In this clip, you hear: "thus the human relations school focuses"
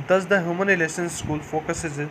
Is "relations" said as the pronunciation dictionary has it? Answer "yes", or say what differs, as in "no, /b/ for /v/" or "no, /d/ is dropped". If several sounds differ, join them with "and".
no, /s/ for /ʃ/